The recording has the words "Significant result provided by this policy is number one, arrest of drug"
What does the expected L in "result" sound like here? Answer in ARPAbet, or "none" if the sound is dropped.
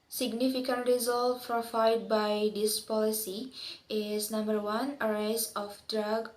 L